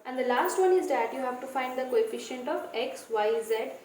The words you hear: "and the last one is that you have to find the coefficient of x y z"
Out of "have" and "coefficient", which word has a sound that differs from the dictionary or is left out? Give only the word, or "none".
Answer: none